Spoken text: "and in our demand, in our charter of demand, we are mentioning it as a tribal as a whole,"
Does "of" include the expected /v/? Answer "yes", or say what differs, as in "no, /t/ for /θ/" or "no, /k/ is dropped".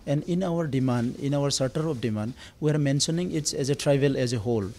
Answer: no, /p/ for /v/